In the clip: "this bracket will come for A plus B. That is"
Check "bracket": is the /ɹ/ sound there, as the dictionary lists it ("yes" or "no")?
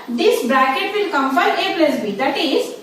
yes